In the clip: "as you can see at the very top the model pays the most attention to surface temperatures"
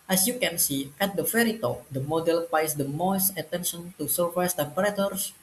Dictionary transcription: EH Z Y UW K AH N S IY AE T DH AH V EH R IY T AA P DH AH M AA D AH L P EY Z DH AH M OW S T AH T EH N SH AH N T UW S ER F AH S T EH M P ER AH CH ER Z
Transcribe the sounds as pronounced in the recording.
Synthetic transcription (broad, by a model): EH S Y UW K AH N S IY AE T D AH F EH R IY T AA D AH M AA D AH L P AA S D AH M OW S T AH T EH N SH AH N T UW S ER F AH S T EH M P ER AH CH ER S